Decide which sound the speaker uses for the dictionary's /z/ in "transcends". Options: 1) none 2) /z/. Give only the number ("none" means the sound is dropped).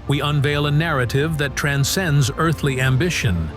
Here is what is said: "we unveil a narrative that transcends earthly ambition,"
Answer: 2